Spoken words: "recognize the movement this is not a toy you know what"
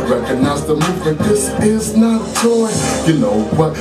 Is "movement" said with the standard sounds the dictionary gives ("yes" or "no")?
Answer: no